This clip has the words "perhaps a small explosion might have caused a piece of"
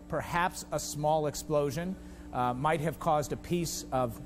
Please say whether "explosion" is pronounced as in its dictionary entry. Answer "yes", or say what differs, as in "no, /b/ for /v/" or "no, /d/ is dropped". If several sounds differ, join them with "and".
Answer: yes